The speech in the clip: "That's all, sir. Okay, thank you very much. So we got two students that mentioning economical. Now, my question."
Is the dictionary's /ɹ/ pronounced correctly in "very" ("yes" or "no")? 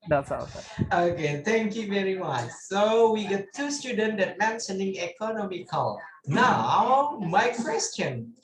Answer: yes